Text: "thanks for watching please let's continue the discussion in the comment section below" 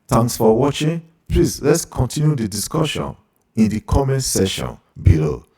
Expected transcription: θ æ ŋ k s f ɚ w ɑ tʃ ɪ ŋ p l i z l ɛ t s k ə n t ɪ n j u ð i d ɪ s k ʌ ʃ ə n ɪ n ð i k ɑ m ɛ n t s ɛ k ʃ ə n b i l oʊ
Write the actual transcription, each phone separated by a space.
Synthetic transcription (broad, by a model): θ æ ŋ k s f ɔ w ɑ tʃ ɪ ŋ p l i s l ɛ t s k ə n t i n j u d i d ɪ s k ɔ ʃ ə n ɪ n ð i k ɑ m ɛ n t s ɛ ʃ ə n b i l oʊ